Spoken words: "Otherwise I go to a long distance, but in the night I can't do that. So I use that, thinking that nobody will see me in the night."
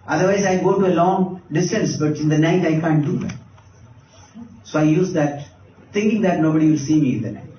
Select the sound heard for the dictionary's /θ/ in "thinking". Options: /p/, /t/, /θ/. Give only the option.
/t/